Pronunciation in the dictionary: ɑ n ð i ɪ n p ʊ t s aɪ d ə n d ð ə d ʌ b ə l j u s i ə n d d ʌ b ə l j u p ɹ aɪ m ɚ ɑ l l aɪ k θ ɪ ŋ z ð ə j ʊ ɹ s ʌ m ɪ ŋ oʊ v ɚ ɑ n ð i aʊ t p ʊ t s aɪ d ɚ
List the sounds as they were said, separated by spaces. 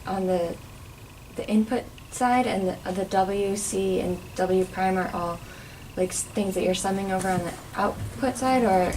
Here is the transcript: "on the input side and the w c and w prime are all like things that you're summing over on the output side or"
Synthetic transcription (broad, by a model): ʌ n ð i ɪ n p ʊ t s aɪ d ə n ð ð ə d ʌ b l j u s i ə n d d ʌ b l j u p ɹ aɪ m ɚ ɑ l l aɪ k θ ɪ ŋ z ð ə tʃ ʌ ɹ s ʌ m ɪ ŋ oʊ v ɚ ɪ n ð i aʊ t p ʊ t s aɪ d ɚ